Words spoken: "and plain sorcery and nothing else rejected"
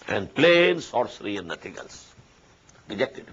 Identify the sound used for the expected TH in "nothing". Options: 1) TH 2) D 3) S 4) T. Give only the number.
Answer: 4